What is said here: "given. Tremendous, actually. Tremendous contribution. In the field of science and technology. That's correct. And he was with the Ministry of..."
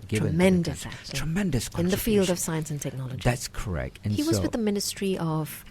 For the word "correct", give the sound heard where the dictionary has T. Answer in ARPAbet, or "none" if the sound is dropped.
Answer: T